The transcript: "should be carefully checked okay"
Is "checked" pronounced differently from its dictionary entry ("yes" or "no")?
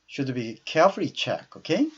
yes